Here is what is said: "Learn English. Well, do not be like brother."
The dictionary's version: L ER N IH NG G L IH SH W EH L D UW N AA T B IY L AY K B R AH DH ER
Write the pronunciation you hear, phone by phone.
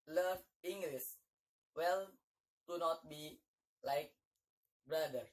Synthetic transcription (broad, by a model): L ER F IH NG G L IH S W EH L D UW N AA T B IY L AY K B R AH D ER